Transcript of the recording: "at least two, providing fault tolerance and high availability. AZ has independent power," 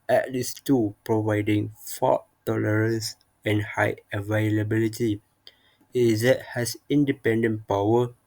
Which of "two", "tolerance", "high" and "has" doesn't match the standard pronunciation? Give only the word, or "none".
has